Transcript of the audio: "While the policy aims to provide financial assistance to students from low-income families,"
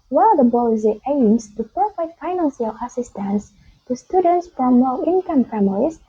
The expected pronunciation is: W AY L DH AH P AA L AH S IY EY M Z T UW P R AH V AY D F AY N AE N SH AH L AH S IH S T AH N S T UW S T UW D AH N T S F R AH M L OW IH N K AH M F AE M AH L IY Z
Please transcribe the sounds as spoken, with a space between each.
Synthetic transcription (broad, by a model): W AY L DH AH B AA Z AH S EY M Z T UW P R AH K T F AY N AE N S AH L AH S IH S T AH N S T UW S T UW D AH N T S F R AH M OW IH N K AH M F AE M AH L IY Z